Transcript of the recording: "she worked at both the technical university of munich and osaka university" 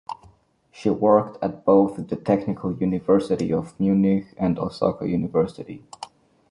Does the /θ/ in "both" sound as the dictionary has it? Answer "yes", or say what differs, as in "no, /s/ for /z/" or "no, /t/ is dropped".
yes